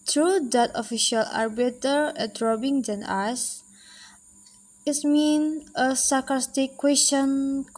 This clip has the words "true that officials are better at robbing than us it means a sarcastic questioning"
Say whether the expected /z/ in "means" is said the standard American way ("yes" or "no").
no